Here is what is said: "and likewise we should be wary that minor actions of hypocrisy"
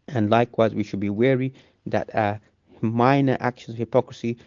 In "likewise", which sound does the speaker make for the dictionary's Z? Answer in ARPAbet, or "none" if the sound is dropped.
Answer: Z